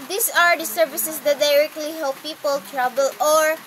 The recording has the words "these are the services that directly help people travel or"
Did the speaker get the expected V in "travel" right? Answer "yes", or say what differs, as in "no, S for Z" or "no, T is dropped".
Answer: no, B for V